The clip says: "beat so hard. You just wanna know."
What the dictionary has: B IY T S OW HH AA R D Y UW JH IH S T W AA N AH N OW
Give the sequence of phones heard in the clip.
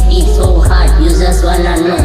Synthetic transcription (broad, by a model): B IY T S OW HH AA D Y UW Z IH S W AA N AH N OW